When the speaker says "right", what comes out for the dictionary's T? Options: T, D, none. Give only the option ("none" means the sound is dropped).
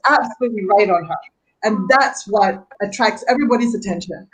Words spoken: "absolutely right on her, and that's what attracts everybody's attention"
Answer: T